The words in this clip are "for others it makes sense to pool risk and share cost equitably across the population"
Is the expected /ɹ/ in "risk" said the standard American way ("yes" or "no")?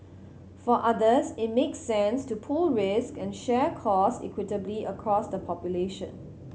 yes